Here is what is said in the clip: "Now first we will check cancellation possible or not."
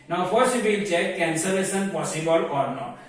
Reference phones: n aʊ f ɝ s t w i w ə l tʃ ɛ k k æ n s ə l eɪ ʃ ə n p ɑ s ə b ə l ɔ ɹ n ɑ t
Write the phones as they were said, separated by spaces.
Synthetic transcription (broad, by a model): n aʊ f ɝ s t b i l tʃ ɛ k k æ n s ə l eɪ s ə n p ɑ s ə b ə l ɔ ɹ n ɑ